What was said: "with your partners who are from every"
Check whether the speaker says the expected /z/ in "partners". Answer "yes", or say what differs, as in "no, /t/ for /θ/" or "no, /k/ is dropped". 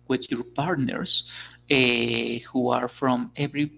no, /s/ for /z/